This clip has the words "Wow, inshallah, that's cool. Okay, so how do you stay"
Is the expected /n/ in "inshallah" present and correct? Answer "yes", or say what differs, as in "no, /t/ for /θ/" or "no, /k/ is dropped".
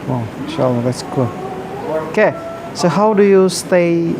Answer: no, /n/ is dropped